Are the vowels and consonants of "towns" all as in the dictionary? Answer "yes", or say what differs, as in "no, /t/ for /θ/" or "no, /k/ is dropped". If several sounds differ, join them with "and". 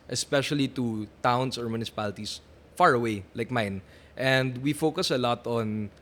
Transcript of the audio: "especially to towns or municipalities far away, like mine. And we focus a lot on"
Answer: no, /s/ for /z/